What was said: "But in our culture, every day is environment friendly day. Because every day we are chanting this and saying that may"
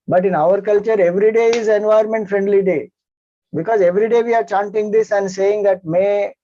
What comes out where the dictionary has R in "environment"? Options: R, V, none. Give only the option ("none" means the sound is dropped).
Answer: none